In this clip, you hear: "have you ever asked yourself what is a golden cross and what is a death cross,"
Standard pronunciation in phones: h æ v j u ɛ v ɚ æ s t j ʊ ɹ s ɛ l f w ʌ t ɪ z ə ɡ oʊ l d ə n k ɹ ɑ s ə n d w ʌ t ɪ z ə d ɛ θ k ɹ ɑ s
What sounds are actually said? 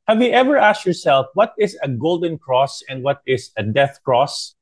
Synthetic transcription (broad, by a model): h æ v j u ɛ v ɚ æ s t j ʊ ɹ s ɛ l f w ʌ t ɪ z ə ɡ oʊ l d ə n k ɹ ɑ s ə n d w ʌ t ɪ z ə d ɛ θ k ɹ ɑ s